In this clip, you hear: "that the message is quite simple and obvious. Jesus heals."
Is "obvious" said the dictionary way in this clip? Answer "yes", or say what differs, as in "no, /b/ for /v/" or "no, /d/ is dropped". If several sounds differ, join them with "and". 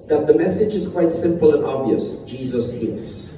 yes